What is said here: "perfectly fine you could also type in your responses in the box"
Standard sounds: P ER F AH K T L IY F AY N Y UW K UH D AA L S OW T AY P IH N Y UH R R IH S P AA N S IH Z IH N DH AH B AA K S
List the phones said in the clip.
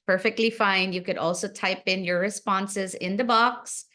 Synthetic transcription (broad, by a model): P ER F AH K T L IY F AY N Y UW K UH D AA L S OW T AY P IH N Y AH R R IH S P AA N S IH Z IH N DH AH B AA K S